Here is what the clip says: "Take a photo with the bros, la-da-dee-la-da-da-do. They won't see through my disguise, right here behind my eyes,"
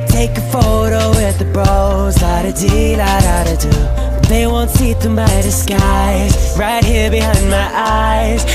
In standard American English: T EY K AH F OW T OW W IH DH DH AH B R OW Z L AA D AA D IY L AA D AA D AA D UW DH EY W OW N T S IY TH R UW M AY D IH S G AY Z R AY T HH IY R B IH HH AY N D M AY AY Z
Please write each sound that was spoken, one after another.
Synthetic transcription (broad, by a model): T EY K AH F OW T OW W IH DH DH AH B R OW Z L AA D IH D IY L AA D AA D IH D UW DH EY W OW N T S IY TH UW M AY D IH S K AY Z R AY T HH IY R B IH HH AY N D M AY AY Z